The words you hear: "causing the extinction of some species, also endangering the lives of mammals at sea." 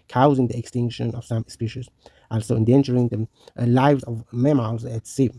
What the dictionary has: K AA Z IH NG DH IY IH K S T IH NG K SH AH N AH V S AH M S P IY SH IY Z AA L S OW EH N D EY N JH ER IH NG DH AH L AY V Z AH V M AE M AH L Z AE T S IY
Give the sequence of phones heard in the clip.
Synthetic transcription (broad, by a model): K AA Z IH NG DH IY IH K S T IH NG K SH AH N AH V S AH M S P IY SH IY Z AA L S OW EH N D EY N CH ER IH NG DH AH L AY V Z AH V M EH M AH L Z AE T S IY